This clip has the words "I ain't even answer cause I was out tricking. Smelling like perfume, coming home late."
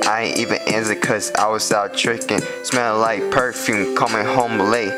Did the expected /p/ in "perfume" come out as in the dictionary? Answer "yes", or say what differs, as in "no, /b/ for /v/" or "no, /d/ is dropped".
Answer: yes